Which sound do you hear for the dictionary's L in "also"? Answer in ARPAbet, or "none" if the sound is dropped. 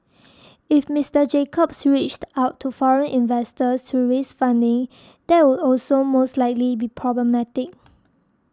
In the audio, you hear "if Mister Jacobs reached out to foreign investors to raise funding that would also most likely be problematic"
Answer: L